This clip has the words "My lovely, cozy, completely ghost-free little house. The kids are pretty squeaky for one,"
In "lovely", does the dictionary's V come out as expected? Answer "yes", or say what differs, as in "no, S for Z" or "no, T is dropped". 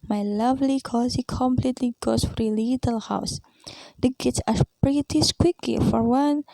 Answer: yes